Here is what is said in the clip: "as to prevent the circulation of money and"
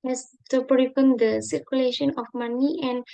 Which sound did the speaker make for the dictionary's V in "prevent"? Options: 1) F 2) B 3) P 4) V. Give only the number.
3